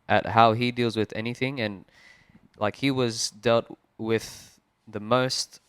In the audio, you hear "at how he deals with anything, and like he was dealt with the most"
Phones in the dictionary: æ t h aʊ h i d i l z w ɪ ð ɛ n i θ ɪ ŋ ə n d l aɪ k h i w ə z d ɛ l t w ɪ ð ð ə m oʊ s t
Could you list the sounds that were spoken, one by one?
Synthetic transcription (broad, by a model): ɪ t h aʊ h i d i l z w ɪ ð ɛ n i θ ɪ ŋ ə n l aɪ k h i w ə z d ɛ l t w ɪ ð ð ə m oʊ s t